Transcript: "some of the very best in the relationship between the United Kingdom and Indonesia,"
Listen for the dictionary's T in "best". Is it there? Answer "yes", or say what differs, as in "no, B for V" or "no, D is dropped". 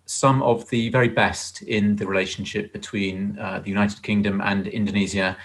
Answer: yes